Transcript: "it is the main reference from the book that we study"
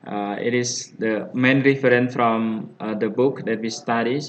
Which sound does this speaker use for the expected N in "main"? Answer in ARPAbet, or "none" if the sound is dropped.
N